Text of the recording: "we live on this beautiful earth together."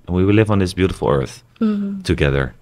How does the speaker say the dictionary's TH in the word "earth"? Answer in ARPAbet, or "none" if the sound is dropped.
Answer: TH